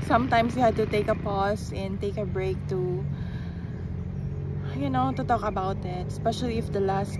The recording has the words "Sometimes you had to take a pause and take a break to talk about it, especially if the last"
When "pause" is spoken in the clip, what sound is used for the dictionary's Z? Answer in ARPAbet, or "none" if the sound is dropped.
S